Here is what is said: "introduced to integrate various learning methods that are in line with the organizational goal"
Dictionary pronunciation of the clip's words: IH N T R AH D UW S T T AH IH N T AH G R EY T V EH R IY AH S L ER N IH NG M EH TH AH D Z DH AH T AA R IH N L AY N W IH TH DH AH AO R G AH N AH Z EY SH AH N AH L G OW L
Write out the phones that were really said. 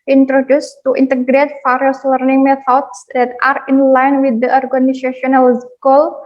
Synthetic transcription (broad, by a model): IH N T R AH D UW S T T AH N T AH G R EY T F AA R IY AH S L ER N IH NG M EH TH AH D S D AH T AA R IH N L AY N W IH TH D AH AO R G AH N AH S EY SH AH N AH L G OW L